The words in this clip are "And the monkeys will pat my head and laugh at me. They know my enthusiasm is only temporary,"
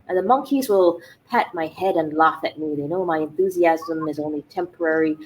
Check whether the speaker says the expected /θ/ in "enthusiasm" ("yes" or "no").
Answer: yes